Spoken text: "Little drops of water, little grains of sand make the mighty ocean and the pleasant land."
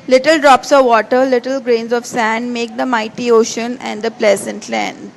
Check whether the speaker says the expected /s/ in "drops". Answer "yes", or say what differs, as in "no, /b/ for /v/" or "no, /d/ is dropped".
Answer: yes